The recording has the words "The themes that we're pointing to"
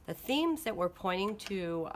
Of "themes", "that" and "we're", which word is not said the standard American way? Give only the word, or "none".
none